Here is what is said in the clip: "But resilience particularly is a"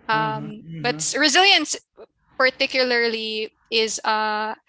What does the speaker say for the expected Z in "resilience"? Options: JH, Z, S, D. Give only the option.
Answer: Z